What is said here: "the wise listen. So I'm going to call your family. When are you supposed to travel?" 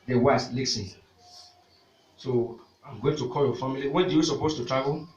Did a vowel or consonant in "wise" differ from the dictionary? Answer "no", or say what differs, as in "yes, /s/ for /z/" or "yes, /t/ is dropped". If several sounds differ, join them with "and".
yes, /s/ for /z/